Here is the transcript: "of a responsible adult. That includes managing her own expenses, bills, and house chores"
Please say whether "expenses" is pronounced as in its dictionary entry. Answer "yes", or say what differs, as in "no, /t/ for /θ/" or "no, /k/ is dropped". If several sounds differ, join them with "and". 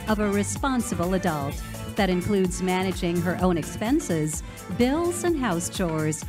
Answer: yes